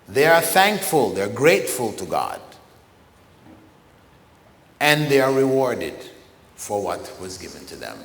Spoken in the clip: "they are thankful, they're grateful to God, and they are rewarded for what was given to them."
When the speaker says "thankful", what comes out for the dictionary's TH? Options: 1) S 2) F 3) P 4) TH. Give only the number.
4